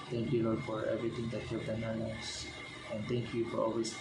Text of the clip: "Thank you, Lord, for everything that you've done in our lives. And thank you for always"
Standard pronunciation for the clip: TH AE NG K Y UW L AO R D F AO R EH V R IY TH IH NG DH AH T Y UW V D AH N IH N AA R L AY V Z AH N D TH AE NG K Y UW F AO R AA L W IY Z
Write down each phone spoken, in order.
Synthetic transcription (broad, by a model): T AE NG K Y UW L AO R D F AO R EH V R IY T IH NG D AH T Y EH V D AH IH N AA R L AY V S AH N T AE NG K Y UW F AO R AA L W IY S